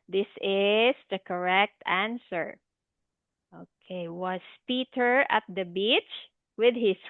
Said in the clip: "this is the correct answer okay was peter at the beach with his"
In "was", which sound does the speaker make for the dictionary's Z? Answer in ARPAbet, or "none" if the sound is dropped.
S